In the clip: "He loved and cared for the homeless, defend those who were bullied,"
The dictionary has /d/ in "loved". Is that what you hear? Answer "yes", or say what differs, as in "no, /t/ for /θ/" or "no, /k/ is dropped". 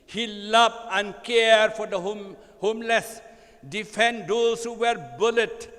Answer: no, /d/ is dropped